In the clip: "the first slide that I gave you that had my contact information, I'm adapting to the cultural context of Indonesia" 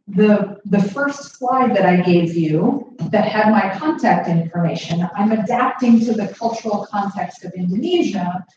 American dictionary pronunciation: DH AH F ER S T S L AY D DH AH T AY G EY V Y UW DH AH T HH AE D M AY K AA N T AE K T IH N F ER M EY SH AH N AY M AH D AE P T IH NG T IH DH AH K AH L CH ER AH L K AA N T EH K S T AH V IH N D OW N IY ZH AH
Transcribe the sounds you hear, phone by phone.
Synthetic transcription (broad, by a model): DH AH F ER S T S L AY D DH AH T AY G EY V Y UW DH AH T HH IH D M AY K AA N T AE K T IH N F ER M EY SH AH N AY M AH D AE P T IH NG T IH DH AH K AH L CH ER L K AA N T EH K S T AH V IH N D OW N IY ZH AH